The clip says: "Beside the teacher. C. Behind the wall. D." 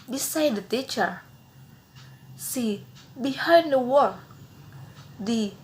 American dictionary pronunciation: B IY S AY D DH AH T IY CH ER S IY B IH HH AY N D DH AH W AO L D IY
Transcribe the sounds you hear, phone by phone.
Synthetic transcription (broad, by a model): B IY S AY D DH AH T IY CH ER S IY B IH HH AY D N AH W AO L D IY